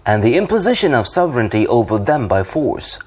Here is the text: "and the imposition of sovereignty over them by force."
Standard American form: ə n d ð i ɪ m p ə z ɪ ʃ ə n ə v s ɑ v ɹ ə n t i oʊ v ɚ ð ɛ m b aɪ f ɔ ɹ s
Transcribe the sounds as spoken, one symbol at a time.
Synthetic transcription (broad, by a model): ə n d ð i ɪ m p ə z ɪ ʃ ə n ə v s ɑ v ɹ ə n t i oʊ v ɚ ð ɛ m b aɪ f ɔ ɹ s